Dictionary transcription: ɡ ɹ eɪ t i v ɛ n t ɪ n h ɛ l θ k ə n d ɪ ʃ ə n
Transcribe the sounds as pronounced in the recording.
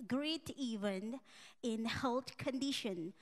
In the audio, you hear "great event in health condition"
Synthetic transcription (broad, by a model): ɡ ɹ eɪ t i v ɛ n ɪ n h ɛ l t k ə n d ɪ ʃ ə n